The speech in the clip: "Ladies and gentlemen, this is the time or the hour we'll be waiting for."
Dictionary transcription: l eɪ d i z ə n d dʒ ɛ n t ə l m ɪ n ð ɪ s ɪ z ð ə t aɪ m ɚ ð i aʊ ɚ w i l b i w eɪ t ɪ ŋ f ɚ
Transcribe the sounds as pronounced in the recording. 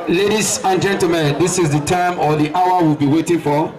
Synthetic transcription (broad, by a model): l eɪ d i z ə n dʒ ɛ n t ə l m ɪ n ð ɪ s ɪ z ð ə t aɪ m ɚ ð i aʊ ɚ w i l b i w eɪ t ɪ ŋ f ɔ